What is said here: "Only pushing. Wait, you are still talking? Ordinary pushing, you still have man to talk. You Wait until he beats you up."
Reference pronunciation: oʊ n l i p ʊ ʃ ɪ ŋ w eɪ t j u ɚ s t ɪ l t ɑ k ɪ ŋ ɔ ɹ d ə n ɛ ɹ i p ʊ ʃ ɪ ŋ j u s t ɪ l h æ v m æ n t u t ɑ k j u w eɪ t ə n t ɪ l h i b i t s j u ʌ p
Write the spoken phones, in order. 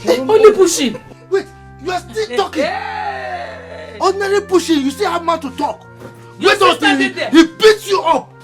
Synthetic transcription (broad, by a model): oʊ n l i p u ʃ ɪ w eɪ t j u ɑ s t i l t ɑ k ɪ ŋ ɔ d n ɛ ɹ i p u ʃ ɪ j u s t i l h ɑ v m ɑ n t u t ɑ k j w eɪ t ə t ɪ h i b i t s j u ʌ p